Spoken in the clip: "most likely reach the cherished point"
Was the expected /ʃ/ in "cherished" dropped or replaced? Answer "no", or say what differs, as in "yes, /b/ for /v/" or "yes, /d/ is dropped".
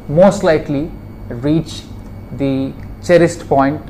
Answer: yes, /s/ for /ʃ/